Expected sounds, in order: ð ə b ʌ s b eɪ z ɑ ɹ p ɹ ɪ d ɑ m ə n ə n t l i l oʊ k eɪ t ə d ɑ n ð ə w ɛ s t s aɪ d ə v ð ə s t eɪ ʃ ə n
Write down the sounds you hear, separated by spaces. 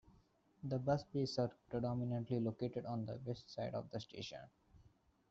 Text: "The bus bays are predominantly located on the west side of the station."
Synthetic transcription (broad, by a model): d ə b ʌ s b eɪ s ɑ ɹ p ɹ ɪ d ɑ m ə n ə n t l i l oʊ k eɪ t ə d ɑ n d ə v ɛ s t s aɪ d ə v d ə s t eɪ ʃ ə n